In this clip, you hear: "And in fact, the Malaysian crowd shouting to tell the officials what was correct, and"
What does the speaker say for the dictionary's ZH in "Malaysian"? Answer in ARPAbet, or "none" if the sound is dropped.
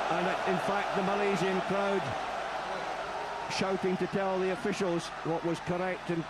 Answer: Z